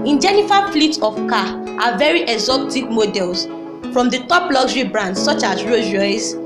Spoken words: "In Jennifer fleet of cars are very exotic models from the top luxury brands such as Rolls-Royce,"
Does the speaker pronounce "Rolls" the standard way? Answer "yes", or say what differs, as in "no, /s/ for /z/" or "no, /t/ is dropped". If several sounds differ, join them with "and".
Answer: no, /l/ is dropped